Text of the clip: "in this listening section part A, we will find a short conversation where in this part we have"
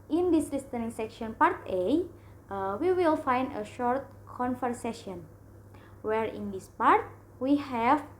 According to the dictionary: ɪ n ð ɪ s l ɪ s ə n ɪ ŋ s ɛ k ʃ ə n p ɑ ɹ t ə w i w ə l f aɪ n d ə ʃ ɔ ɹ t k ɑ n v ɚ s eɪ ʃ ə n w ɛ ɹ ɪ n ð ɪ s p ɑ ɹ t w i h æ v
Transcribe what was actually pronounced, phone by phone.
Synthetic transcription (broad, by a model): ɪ n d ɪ s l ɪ s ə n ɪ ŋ s ɛ k ʃ ə n p ɑ ɹ t ə w i w ə l f aɪ n d ə ʃ ɔ ɹ t k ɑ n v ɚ s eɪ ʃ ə n w ɛ ɹ ɪ n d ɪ s p ɑ ɹ t w i h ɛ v